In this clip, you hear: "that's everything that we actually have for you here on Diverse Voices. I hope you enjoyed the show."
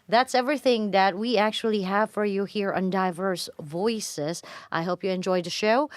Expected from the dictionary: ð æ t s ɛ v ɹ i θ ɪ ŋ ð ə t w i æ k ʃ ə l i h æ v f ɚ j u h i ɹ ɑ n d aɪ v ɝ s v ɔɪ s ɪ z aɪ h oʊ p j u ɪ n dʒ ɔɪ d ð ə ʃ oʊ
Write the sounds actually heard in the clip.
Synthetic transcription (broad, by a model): ð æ t s ɛ v ɹ i θ ɪ ŋ ð ə t w i æ k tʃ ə l i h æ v f ɚ j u h i ɹ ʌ n d aɪ v ɝ s v ɔɪ s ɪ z aɪ h oʊ p j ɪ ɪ n dʒ ɔɪ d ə ʃ oʊ